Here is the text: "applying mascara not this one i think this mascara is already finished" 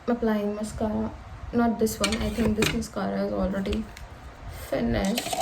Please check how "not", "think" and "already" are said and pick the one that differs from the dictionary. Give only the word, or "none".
think